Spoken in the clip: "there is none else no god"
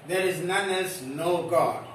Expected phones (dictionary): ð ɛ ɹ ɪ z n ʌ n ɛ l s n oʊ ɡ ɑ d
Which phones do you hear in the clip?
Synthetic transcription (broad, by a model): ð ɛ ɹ ɪ z n ʌ n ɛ s n oʊ ɡ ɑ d